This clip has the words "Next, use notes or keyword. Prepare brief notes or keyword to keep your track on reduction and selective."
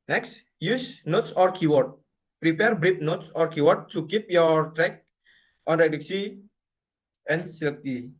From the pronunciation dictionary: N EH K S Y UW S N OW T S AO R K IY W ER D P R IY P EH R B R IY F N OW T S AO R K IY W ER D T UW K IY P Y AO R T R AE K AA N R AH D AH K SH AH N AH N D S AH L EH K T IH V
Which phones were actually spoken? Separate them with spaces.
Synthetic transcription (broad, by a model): N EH K S Y UW S N OW T S AO R K IY W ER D P R IY P EH R B R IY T N OW T S AO R K IY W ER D T UW K IY P Y AO R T R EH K AA N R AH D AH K S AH AH N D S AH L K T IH